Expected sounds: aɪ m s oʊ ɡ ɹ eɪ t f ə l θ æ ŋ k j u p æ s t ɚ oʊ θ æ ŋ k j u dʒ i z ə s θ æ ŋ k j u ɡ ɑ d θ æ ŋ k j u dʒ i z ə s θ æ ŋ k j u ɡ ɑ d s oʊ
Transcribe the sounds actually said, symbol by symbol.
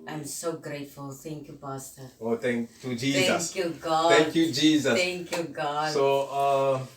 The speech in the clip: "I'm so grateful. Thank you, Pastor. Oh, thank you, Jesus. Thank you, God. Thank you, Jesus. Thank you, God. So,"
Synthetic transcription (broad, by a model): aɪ m s oʊ ɡ ɹ eɪ t f ə l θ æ ŋ k j u b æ s t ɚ oʊ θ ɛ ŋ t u dʒ i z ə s k j u ɡ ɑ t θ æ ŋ k j u dʒ i z ə s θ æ ŋ k j u ɡ ɑ d s oʊ